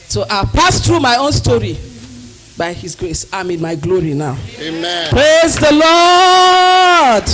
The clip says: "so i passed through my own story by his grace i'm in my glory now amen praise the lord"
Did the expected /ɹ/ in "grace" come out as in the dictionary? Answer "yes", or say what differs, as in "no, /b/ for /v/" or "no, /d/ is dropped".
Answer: yes